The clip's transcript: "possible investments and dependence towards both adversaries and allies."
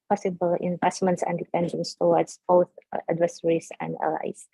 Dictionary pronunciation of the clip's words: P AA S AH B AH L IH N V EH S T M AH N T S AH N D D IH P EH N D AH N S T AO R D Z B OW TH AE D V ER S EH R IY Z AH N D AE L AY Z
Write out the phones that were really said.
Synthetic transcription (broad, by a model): P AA S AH B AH L IH N V EH S T M AH N T S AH N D D IH P EH N D AH N S T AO W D S B OW TH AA D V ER S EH R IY S AH N D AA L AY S